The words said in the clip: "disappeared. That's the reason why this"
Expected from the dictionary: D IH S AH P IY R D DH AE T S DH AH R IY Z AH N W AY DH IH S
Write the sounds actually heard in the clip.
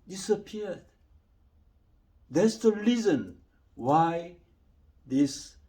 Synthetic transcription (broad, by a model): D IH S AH P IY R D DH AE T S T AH L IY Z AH N W AY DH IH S